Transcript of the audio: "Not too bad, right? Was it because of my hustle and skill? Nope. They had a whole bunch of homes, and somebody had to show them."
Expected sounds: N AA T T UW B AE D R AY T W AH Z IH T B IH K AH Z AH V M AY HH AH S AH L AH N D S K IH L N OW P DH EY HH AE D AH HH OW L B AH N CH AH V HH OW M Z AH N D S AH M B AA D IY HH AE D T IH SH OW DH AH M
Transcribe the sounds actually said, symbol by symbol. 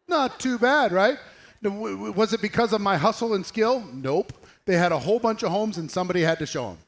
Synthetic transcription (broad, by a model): N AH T T UW B AE D R AY T W AH Z IH T B IH K AH Z AH V M AY HH AH S L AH N S K IH L N OW P DH EY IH D AH HH OW L B AH N CH AH V HH OW M Z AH N S AH M B AA D IY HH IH D T IH SH OW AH M